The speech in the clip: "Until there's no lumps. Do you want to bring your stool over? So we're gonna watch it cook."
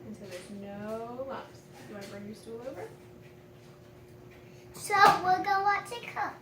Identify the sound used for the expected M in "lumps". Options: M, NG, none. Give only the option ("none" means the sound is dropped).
none